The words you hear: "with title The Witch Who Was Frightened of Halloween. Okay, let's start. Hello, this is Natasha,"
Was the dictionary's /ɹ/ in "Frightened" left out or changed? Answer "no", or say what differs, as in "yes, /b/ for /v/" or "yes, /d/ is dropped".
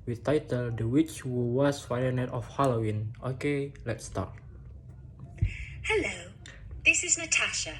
yes, /ɹ/ is dropped